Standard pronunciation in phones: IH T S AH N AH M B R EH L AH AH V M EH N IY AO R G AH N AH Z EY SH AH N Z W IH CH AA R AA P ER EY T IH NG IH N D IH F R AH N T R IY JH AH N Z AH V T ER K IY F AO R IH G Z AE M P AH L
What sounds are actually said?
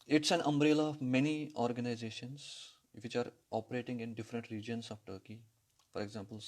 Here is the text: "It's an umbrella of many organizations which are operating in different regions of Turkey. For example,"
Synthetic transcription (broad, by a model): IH T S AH N AH M B R EH L AH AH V M EH N IY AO R G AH N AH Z EY SH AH N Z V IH CH AA R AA P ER EY T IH NG IH N D IH F R AH N T R IY JH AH N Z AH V T ER K IY F AO R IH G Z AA M P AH L